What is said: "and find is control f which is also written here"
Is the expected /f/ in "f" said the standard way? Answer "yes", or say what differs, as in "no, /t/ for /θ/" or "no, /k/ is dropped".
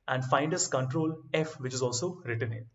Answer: yes